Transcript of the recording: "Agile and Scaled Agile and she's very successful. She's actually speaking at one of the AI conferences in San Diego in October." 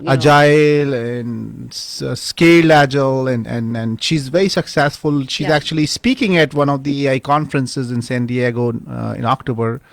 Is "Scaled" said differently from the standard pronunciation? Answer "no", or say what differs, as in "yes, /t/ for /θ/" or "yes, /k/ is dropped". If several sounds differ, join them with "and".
yes, /d/ is dropped